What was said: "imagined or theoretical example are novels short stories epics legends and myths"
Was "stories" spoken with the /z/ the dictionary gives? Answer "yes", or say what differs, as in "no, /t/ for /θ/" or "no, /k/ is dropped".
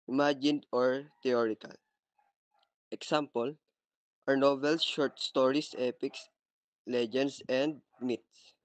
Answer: no, /s/ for /z/